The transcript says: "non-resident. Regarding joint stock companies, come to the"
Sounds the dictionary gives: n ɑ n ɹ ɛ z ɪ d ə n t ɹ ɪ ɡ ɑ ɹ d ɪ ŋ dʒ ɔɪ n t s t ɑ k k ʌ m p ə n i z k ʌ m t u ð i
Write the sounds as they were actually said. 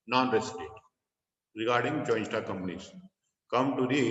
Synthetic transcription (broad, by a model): n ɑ n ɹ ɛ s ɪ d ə t ɹ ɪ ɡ ɑ ɹ d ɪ ŋ dʒ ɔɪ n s t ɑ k k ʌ m p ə n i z k ʌ m t u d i